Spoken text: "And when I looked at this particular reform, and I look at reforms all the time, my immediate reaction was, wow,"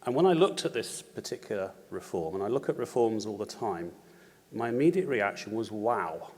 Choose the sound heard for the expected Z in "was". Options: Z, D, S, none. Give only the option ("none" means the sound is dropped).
Z